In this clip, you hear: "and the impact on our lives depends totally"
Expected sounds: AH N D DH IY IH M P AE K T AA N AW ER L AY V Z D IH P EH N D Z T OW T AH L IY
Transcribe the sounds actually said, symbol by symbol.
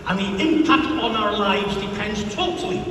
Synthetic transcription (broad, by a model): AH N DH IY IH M P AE K T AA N AW ER L AY V Z D IH P EH N D Z T OW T L IY